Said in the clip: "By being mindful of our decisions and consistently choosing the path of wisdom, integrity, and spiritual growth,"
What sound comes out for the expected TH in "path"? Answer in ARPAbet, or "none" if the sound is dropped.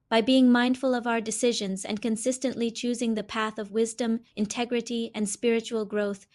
TH